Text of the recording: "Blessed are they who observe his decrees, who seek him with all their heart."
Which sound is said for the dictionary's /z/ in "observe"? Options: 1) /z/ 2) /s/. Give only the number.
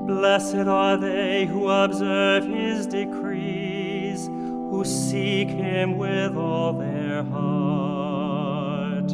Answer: 1